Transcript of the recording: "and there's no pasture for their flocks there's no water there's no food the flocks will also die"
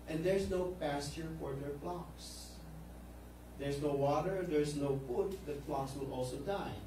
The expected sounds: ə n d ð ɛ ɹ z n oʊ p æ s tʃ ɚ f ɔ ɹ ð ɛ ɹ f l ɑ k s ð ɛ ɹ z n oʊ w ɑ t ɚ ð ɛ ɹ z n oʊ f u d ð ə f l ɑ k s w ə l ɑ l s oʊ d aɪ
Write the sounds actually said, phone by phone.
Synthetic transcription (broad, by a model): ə n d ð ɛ ɹ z n oʊ p æ s tʃ ɚ f ɔ ɹ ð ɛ ɹ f l ɑ k s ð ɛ ɹ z n oʊ w ɑ t ɚ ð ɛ ɹ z n oʊ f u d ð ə f l ɑ k s w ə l ɑ l s oʊ d aɪ